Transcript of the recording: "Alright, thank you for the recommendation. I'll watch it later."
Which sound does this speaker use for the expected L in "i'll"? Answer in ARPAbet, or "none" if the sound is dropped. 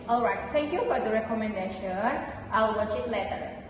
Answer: W